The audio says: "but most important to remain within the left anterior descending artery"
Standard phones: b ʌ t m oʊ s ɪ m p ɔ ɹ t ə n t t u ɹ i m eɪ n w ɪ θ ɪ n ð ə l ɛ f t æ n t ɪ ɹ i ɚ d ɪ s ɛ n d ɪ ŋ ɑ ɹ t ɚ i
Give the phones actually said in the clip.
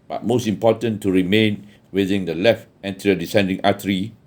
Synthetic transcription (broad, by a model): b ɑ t m oʊ s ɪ m p ɔ t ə n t t u ɹ i m eɪ n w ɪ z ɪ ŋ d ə l ɛ f t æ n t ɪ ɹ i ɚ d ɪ s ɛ n d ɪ ŋ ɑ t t i